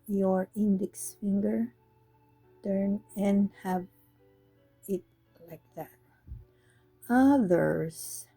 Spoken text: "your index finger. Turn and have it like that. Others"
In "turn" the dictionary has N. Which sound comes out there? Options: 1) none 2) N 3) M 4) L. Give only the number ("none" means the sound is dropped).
2